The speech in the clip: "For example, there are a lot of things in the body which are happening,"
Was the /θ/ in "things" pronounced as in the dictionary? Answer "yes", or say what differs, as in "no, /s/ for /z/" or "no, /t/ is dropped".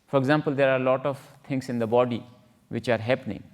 no, /t/ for /θ/